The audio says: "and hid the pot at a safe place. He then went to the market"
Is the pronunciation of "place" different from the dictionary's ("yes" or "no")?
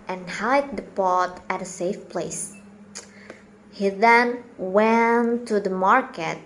no